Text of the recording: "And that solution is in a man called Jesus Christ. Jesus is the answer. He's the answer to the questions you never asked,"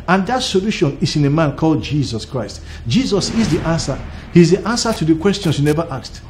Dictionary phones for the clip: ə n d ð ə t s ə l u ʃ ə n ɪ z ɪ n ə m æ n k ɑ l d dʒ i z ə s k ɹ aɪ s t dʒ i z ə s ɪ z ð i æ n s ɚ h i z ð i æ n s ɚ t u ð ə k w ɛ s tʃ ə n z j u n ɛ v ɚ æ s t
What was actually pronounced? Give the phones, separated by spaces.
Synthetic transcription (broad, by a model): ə n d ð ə t s ə l u ʃ ə n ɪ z ɪ n ə m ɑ n k ɑ l d dʒ i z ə s k ɹ aɪ s t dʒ i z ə s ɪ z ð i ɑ n s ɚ h i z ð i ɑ n s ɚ t u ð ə k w ɛ s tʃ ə n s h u n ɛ v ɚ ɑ s t